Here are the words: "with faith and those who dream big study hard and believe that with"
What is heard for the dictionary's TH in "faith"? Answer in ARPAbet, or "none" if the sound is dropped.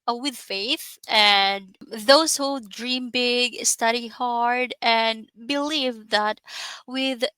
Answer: TH